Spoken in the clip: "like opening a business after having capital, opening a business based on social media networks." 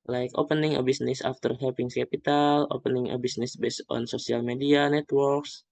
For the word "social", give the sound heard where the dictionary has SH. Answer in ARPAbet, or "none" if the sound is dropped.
S